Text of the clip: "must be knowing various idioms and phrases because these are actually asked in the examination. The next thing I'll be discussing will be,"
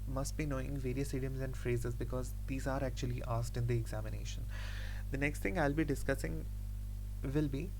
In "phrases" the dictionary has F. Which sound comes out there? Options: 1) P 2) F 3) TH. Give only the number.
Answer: 2